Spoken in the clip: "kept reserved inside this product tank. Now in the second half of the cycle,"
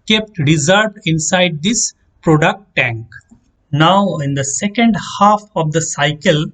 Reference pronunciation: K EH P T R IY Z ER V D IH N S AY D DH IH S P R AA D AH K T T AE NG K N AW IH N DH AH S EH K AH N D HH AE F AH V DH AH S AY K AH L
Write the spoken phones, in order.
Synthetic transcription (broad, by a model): K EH P T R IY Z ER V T IH N S AY D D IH S P R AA D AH K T T AE NG K N AW IH N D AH S EH K AH N D HH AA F AH V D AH S AY K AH L